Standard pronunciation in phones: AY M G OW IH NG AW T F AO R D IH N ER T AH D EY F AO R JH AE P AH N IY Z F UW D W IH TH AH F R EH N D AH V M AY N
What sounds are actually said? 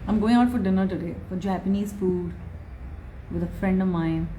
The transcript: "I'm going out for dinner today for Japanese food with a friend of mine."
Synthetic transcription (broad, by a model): AY M G OW IH NG AW T F AO R D IH N ER T AH D EY F AO R JH AE P AH N IY Z F UW D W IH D AH F R EH N D AH V M AY N